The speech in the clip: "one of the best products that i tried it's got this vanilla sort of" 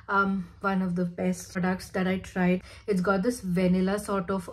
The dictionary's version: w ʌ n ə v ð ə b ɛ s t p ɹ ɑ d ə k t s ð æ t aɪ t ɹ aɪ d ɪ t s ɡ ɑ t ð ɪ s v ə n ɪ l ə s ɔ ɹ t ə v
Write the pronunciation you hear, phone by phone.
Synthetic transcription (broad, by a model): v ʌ n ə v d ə b ɛ s t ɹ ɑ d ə k t s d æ t aɪ t ɹ aɪ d ɪ t s ɡ ɑ t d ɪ s v ə n ɪ l ə s ɔ ɹ t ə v